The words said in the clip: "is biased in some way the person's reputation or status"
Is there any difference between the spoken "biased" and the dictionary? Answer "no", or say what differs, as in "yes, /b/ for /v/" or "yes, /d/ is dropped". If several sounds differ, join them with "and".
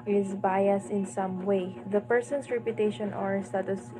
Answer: yes, /t/ is dropped